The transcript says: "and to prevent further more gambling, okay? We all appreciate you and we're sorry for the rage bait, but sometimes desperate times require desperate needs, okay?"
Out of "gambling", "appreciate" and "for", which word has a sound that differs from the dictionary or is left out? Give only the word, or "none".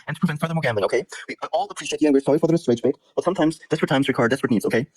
gambling